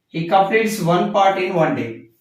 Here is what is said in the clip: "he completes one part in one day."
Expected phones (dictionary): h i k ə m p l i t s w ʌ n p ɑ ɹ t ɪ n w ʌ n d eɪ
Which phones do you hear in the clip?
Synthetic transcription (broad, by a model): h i k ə p i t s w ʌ n p ɑ ɹ t ɪ n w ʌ n d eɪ